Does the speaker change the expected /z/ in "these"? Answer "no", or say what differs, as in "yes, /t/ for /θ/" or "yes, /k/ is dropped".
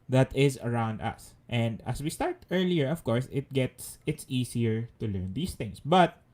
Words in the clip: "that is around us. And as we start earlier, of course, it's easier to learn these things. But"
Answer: yes, /s/ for /z/